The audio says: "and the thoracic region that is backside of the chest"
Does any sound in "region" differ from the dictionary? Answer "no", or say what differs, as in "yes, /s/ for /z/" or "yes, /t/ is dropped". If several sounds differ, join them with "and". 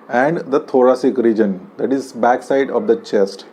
no